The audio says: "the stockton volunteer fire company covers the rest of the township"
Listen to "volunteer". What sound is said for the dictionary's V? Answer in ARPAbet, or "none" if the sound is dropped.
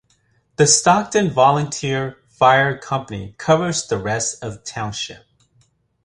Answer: V